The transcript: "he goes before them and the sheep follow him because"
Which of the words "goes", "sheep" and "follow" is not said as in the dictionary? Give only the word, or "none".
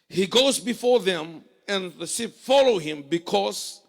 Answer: sheep